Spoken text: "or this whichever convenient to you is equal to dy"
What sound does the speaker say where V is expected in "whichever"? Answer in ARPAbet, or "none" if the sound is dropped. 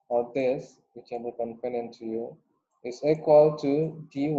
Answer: B